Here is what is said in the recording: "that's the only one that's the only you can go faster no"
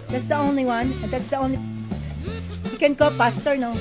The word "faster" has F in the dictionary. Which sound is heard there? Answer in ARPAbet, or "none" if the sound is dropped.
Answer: P